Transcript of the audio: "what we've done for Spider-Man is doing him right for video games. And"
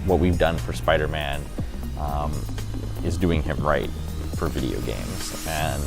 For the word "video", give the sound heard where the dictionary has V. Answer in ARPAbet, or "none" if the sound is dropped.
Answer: V